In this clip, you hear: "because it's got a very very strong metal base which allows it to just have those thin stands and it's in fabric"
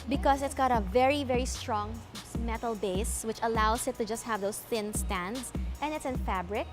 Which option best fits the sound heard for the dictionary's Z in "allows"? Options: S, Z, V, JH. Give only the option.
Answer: S